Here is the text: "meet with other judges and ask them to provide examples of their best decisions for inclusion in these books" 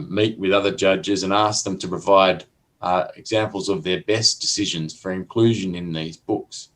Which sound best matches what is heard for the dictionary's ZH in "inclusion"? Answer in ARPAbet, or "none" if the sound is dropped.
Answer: ZH